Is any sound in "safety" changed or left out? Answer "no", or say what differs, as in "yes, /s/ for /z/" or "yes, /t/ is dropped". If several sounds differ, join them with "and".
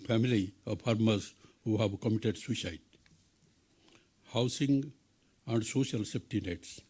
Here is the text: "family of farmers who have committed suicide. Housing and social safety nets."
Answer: yes, /p/ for /f/